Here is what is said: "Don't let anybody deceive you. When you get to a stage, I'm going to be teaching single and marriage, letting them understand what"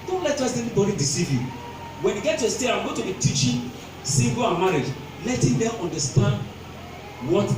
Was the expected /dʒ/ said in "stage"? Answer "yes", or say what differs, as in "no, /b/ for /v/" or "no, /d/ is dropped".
no, /dʒ/ is dropped